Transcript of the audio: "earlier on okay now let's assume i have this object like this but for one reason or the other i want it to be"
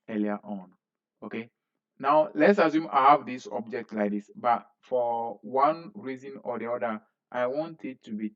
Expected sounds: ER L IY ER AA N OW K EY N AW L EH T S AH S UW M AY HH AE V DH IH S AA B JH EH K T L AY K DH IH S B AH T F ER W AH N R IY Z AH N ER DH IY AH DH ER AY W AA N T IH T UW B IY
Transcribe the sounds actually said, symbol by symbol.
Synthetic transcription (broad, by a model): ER L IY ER AA N OW K EY N AW L EH T S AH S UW M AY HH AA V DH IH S AA B JH EH K T L AY K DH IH S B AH T F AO W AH N R IY Z AH N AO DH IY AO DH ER AY W AA N T IH T UW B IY